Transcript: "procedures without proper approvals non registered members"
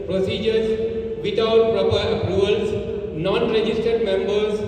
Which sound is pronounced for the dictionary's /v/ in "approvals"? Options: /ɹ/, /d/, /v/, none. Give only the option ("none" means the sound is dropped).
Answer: none